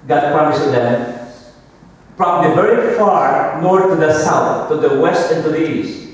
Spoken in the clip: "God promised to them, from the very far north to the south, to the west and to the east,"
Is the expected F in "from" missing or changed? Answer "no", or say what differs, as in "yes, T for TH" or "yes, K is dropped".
yes, P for F